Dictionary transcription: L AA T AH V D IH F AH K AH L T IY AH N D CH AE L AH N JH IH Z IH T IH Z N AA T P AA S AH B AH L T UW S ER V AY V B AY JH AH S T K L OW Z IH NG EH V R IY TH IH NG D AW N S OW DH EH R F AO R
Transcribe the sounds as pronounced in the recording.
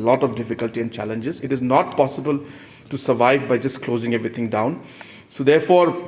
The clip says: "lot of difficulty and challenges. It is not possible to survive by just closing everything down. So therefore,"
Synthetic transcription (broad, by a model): L AA T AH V D IH F AH K AH L T IY AH N D CH AE L AH N JH IH Z IH T IH Z N AA T P AA S AH B AH L T UW S ER V AY V B AY JH AH S T K L OW Z IH NG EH V R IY T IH NG D AW N S OW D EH R F AO R